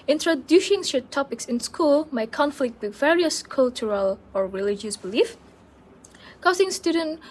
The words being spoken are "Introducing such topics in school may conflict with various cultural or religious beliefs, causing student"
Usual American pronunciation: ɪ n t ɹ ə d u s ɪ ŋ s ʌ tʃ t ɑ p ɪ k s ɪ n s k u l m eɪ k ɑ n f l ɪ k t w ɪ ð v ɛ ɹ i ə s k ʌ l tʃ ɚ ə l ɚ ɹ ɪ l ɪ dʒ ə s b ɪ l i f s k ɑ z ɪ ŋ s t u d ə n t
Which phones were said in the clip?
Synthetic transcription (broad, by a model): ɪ n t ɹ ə d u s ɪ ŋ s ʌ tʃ t ɑ p ɪ k s ɪ n s k u l m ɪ k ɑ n f l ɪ k t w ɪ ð v ɛ ɹ i ə s k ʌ l tʃ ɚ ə l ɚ ɹ ɪ l ɪ dʒ ə s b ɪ l i f k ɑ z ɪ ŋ s t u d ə n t